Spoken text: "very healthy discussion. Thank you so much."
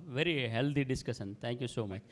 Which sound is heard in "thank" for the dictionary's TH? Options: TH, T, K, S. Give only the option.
T